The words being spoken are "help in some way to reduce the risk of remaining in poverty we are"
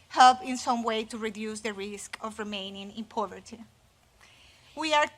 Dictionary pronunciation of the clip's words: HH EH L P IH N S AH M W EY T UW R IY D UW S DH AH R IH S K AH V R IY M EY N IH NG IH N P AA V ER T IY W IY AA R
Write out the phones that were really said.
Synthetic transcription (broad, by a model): HH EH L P IH N S AH M W EY T UW R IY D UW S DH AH R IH S K AH V R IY M EY N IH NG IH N P AA V ER T IY W IY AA R